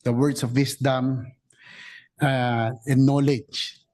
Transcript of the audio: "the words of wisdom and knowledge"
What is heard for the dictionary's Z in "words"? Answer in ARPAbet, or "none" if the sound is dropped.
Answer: S